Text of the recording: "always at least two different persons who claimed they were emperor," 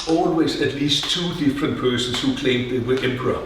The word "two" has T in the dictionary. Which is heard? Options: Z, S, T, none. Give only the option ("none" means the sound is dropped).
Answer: T